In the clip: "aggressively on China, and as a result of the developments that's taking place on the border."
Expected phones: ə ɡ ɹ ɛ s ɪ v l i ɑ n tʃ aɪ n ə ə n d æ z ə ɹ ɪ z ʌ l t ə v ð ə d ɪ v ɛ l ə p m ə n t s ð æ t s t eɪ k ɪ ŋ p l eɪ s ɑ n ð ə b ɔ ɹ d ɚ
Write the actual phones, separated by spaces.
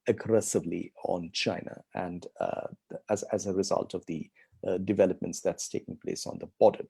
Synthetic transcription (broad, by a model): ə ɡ ɹ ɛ s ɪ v l i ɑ n tʃ aɪ n ə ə n d æ z ə ɹ ɪ z ʌ l t ə v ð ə d ɪ v ɛ l ə p m ə n t s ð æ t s t eɪ k ɪ ŋ p l eɪ s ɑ n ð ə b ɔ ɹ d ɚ